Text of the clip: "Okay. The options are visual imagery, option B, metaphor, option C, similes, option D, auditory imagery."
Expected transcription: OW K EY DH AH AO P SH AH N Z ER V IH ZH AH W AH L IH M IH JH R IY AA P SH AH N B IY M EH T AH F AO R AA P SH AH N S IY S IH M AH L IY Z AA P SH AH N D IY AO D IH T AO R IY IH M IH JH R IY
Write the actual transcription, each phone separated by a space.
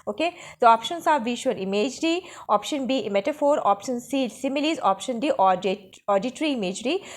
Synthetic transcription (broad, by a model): OW K EY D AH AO P SH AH N S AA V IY SH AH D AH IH M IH JH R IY AA P SH AH N B IY M EH T AH F AO R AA P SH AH N S IY S IH M AH L IY Z AA P SH AH N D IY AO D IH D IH R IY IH M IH JH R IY